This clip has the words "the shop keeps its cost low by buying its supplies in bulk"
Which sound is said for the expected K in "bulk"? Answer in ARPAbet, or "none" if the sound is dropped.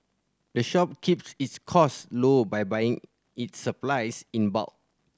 none